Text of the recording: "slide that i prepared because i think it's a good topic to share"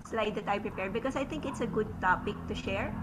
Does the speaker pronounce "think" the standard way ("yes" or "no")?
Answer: no